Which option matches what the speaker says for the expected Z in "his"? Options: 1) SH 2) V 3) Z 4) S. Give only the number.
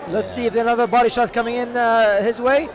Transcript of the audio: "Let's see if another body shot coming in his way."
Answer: 3